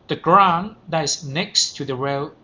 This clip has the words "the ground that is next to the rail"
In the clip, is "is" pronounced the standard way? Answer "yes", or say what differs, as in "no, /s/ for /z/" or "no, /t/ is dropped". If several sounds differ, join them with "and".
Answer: no, /s/ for /z/